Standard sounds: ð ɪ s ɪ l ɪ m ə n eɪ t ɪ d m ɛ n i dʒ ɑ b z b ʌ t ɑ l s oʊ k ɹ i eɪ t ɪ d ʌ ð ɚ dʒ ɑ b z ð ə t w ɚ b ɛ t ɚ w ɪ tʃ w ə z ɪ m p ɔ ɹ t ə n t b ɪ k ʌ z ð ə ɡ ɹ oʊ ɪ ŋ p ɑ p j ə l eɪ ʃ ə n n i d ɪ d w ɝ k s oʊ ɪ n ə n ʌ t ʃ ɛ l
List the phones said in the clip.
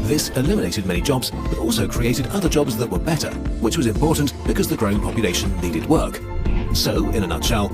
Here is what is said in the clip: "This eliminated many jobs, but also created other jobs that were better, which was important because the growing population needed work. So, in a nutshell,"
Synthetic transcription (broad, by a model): ð ɪ s ɪ l ɪ m ə n eɪ t ɪ d m ɛ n i dʒ ɑ b z b ʌ t ɑ l s oʊ k ɹ i eɪ t ɪ d ʌ ð ɚ dʒ ɑ b z ð ə t w ɚ b ɛ t ɚ w ɪ tʃ w ə z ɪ m p ɔ ɹ t n b ɪ k ʌ z ð ə ɡ ɹ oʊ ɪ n p ɑ p j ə l eɪ ʃ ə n n i d ɪ d w ɝ k s oʊ ɪ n ə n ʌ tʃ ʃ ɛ l